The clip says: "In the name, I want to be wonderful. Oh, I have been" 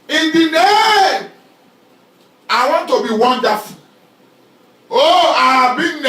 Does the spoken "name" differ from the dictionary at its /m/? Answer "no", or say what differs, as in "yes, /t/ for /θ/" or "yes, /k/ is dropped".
yes, /m/ is dropped